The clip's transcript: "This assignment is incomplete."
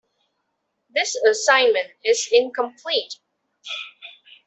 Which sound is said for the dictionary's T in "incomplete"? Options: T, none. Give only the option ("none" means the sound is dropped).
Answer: T